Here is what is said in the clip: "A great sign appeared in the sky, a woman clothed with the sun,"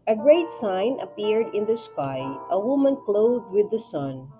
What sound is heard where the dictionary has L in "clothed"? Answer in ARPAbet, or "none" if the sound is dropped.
L